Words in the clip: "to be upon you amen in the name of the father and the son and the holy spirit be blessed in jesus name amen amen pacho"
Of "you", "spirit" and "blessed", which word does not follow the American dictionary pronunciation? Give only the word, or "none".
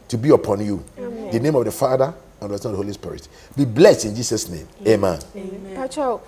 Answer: none